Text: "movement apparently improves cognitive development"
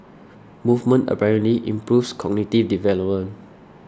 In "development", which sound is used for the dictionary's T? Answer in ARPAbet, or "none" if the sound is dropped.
none